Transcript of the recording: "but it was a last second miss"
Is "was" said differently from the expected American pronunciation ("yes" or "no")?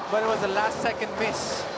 no